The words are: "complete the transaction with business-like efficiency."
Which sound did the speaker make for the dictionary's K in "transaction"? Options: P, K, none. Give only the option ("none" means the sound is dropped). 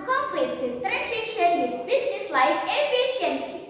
none